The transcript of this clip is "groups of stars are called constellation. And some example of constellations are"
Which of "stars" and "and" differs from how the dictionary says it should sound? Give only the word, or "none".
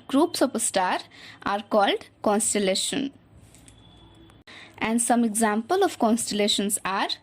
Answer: stars